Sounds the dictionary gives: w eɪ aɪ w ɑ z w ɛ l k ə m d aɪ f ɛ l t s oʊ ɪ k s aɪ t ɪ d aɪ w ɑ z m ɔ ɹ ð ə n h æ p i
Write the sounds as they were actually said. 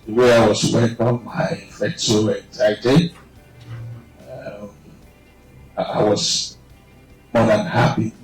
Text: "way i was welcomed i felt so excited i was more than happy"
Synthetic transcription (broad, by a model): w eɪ aɪ w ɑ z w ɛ k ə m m aɪ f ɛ t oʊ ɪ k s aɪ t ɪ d aɪ w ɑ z m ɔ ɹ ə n h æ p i